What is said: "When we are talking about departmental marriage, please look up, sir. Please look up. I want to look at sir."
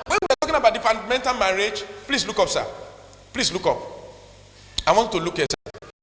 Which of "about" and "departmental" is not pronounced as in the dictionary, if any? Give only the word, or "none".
departmental